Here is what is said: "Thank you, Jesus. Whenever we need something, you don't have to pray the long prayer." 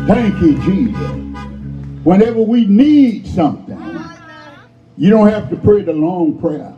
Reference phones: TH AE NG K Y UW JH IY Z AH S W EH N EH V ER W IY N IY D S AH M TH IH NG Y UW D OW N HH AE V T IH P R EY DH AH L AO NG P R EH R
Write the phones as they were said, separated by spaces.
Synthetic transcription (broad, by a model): TH AE NG K Y UW JH IY Z AH S W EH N EH V ER W IY N IY D S AH M TH IH NG Y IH D OW N HH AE F T IH P R EY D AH L AO NG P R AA